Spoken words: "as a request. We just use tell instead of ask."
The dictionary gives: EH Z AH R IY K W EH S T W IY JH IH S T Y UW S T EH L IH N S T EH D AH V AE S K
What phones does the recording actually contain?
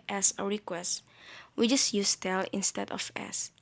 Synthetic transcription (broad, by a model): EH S AH R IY K W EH S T W IY JH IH S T Y UW S T EH L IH N S T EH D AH F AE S